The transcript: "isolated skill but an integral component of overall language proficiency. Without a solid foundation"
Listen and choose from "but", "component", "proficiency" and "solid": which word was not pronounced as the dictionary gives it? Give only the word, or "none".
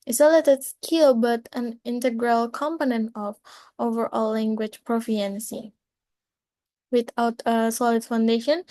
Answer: proficiency